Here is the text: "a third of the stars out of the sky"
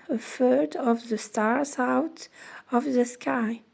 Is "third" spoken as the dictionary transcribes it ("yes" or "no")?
no